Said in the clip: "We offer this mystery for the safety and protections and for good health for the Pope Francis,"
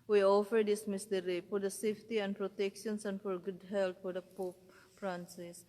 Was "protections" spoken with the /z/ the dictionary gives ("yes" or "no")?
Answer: no